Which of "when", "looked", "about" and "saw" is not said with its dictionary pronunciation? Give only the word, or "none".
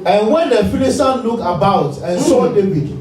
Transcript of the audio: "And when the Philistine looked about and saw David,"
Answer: looked